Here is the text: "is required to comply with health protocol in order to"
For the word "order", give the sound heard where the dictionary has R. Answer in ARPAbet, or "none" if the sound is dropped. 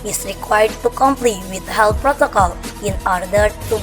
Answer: R